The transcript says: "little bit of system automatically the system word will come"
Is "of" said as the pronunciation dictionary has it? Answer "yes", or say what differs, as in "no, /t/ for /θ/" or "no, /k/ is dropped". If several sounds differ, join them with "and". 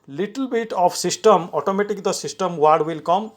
no, /p/ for /v/